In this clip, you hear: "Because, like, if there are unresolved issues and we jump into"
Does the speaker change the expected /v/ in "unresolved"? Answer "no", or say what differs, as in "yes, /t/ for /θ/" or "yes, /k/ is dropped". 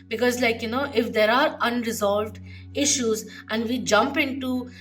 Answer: no